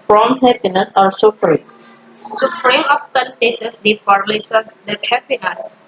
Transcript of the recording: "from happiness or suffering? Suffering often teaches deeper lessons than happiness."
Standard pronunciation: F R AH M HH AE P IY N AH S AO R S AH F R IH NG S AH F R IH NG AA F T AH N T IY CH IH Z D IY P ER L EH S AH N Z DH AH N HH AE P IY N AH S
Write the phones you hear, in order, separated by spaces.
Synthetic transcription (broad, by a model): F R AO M HH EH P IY N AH S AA R S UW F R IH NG S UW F R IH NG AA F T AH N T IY S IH S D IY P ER L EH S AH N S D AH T HH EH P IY N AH S